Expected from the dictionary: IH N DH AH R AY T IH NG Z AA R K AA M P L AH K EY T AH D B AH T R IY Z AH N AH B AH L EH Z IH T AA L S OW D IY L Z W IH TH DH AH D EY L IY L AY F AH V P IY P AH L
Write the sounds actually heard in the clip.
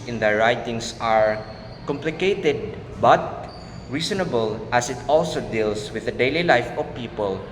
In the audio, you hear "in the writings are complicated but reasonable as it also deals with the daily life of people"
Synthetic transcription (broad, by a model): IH N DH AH R AY T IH NG S AA R K AA M P L AH K EY T AH D B AH T R IY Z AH N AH B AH L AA S IH T AA L S OW D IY L S W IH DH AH D EY L IY L AY F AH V P IY P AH L